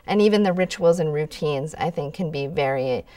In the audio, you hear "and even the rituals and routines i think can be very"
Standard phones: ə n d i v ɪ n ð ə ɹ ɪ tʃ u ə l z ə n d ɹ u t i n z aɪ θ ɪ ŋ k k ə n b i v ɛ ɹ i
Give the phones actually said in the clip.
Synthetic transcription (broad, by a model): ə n i v ɪ n ð ə ɹ ɪ tʃ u l z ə n ɹ u t i n z aɪ θ ɪ ŋ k k ə n b i v ɛ ɹ i